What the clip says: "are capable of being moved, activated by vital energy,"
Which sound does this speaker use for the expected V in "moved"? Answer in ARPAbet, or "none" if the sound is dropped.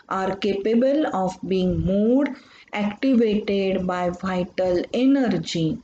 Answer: none